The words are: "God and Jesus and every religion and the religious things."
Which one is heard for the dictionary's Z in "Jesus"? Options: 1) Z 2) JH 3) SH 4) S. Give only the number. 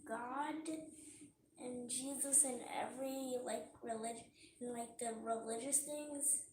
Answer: 1